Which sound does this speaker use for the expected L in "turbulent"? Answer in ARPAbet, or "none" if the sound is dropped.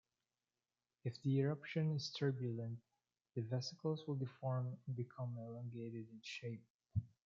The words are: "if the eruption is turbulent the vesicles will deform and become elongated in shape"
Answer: L